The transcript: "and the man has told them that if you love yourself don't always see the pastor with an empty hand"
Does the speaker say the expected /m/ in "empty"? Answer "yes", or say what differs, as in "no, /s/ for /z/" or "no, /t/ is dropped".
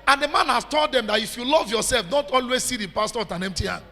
yes